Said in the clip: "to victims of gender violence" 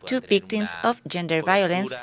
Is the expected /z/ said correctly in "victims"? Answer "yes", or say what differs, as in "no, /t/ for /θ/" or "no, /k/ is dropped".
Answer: no, /s/ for /z/